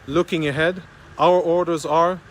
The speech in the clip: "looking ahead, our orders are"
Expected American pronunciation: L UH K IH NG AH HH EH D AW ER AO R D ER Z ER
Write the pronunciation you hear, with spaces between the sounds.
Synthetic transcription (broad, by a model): L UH K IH NG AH HH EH D AW ER AO R D ER Z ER